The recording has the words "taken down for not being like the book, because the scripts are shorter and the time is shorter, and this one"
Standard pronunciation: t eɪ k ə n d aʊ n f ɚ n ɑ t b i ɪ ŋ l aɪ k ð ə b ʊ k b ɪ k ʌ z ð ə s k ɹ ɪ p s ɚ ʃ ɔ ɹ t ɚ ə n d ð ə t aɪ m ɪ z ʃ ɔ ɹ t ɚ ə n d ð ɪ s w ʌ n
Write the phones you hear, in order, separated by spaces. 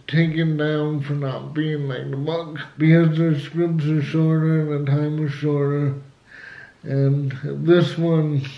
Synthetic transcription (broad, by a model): t eɪ k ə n d aʊ n f ɚ n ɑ t b i ɪ ŋ l aɪ k ð ə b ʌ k b ɪ k ʌ z ð ə s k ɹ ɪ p s ɚ ʃ ɔ ɹ t ɚ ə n ð ə t aɪ m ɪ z ʃ ɔ ɹ t ɚ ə n ð ɪ s w ʌ n